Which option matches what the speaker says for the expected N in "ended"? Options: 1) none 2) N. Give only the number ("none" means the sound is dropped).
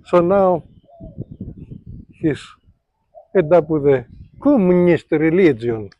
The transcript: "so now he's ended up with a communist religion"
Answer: 1